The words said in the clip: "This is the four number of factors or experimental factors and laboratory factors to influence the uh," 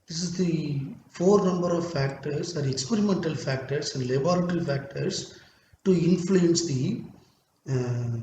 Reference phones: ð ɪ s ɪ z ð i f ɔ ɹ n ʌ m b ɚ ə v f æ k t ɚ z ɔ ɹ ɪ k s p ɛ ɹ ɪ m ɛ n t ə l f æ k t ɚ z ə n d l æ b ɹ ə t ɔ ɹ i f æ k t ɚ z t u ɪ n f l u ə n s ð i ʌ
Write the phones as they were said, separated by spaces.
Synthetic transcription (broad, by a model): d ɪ s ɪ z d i f ɔ ɹ n ʌ m b ɚ ə v f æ k t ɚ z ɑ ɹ ɪ k s p ɛ ɹ ɪ m ɛ n t ə l f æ k t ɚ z ə n d l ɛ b ɹ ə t ɹ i f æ k t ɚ s t u ɪ n f l u ə n s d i